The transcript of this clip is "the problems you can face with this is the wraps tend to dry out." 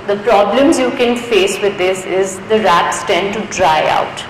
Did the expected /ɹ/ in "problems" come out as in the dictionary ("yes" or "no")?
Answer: yes